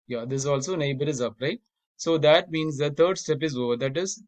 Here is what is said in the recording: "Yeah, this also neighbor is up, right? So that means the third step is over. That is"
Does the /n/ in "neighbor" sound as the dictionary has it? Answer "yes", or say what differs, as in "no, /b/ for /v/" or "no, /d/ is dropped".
yes